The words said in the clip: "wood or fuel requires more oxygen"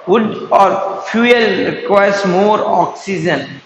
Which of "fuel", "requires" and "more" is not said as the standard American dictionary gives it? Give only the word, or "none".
requires